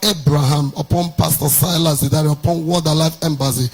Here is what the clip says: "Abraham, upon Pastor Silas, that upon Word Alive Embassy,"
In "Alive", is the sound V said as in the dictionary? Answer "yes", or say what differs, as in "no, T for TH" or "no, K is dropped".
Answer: no, F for V